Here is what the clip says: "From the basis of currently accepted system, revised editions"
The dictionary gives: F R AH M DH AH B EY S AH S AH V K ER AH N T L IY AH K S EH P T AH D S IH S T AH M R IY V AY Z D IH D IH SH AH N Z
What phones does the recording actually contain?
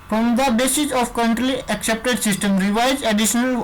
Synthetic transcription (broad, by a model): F R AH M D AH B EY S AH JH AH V K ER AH N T L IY AH K S EH P T AH D S IH S T AH M R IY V AY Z IH D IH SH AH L